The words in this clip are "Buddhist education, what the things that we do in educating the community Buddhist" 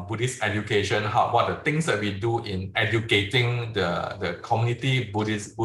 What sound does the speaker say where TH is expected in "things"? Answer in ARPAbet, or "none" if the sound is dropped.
T